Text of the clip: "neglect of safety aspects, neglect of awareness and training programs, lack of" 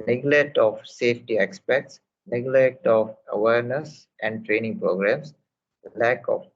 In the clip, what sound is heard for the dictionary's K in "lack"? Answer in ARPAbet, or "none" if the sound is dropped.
K